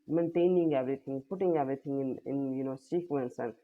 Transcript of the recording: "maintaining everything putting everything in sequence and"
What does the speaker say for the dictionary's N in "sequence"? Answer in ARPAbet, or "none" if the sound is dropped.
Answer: N